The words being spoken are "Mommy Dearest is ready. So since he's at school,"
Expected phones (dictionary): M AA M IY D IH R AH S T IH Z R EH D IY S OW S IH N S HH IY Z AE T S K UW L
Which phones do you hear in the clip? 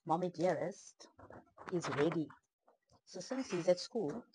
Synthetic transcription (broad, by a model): M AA M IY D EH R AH S T IH Z R EH D IY S OW S IH N S HH IY Z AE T S K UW L